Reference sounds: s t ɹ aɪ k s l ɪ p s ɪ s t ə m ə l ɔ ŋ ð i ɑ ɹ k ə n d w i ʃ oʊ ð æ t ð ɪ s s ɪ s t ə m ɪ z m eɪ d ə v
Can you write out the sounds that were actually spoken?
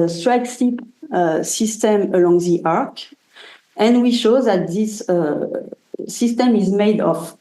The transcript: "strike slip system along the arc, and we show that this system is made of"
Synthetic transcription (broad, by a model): s t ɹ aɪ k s i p s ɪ s t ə m ə l ɔ ŋ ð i ɑ ɹ k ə n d w i ʃ oʊ ð æ t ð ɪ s s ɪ s t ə m ɪ z m eɪ d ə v